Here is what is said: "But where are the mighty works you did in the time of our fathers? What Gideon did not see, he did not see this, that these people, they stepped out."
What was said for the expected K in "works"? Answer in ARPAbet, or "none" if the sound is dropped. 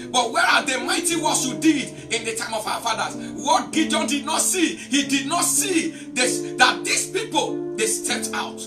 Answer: none